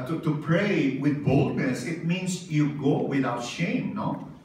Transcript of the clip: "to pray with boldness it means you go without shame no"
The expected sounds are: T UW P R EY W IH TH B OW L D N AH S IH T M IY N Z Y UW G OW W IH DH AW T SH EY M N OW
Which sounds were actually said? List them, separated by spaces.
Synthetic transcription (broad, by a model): T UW P R EY W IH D B OW L D N AH S IH T M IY N S Y UW G OW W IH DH AW T SH EY M N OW